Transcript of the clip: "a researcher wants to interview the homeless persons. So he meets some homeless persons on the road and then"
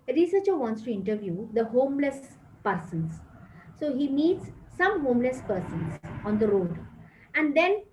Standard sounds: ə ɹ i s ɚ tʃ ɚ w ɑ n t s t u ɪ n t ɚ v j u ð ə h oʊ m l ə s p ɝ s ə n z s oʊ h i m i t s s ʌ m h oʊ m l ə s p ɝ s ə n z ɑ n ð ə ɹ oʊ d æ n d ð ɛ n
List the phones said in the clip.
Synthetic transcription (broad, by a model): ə ɹ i s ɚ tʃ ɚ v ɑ n t s t u ɪ n t ɚ v j u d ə h oʊ m l ə s p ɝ s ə n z s oʊ h i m i t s s ʌ m h oʊ m l ə s p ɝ s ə n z ɑ n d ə ɹ oʊ d æ n d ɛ n